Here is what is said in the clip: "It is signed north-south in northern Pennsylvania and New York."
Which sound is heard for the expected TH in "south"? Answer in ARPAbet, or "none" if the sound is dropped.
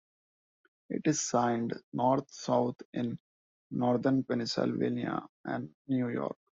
T